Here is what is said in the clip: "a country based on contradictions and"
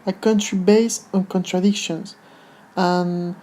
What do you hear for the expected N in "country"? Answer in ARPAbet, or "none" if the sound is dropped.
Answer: N